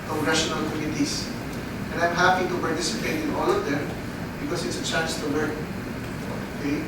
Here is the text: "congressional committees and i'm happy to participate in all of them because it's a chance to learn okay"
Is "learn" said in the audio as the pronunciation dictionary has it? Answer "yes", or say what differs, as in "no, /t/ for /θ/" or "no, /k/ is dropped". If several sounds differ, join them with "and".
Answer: no, /w/ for /l/ and /n/ is dropped